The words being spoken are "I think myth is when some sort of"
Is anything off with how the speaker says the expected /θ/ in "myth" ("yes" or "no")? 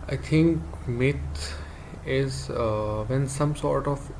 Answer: yes